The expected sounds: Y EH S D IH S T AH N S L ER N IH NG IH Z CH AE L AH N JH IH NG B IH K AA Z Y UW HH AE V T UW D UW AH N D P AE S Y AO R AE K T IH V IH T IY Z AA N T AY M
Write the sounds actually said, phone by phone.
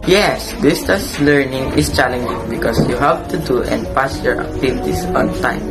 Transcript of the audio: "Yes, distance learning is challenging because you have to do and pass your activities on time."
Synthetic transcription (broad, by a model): Y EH S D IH S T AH S L ER N IH NG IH S CH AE L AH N JH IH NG B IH K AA S Y UW HH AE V T UW D UW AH N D P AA S Y AO R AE K T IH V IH T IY S AA N T AY M